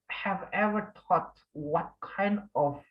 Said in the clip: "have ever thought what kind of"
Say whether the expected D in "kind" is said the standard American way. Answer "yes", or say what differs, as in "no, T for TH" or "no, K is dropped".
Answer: yes